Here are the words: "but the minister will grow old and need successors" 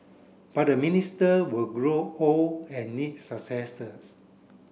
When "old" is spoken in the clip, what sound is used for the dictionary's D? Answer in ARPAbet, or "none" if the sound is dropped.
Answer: none